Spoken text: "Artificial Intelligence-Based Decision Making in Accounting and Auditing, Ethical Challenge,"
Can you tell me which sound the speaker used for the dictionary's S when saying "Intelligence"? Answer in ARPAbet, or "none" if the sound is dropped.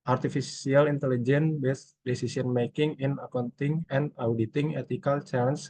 none